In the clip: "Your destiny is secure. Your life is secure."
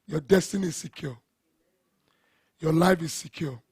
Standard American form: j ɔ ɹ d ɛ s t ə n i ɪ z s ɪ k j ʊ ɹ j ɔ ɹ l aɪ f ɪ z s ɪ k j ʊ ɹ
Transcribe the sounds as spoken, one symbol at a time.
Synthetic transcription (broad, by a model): j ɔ d ɛ s t ə n i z s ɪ k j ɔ j ɔ l aɪ f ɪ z s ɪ k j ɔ